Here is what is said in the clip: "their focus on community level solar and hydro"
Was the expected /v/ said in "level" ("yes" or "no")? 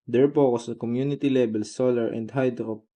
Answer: no